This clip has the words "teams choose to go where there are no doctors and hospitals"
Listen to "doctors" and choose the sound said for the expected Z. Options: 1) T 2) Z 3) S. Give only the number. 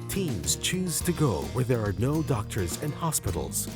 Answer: 2